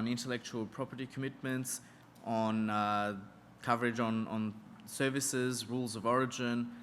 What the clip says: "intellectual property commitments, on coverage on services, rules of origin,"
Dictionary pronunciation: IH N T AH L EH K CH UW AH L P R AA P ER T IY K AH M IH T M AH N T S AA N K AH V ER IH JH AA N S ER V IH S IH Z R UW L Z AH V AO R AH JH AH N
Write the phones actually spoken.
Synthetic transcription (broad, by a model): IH N T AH L EH K CH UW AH L P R AA P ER T IY K AH M IH T M AH N T S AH N K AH V ER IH JH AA N S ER V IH S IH Z R UW L Z AH V AO R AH JH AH N